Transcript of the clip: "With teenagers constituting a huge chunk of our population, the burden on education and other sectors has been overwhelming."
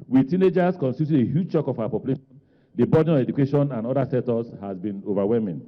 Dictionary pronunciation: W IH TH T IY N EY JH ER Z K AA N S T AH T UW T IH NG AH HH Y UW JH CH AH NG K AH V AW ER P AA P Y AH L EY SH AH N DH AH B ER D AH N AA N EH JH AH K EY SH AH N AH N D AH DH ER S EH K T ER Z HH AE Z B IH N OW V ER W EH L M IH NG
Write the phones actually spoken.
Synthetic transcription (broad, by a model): W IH T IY N EY JH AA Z K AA N S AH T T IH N AH HH Y UW JH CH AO K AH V AW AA P AA P Y AH L EY SH AH N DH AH B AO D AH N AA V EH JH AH K EY SH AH N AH N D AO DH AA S EH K T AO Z HH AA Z B IH N OW V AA W EH L M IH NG